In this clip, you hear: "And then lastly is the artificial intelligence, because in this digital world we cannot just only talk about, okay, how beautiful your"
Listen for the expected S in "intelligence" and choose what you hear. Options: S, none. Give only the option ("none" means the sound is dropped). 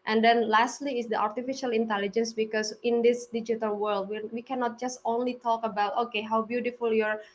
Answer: S